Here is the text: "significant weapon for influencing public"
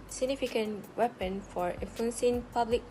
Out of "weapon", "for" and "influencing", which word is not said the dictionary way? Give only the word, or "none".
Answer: influencing